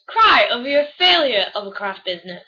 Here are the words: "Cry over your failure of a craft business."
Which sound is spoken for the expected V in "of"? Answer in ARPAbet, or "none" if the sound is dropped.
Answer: V